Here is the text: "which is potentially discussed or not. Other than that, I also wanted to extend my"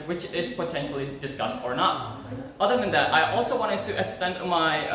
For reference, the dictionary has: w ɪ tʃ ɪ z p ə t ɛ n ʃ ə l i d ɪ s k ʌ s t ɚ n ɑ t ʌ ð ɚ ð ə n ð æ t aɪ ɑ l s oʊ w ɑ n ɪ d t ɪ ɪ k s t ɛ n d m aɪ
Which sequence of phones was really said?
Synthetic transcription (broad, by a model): w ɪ tʃ ɪ z p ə t ɛ n ʃ l i d ɪ s k ʌ s t ɚ n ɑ t ʌ ð ɚ ð ə n ð æ t aɪ ɑ l s oʊ w ɑ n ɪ d t ɪ ɪ k s t ɛ n d m aɪ